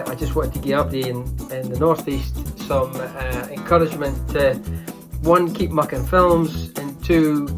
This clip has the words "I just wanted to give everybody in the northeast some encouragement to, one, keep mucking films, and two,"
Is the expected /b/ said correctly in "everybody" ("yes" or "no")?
no